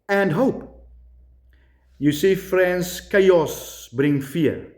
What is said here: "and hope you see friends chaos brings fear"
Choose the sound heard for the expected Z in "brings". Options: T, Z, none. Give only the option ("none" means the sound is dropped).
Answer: none